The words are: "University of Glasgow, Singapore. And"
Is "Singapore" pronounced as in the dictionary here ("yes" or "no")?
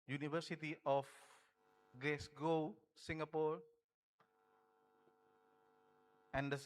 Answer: yes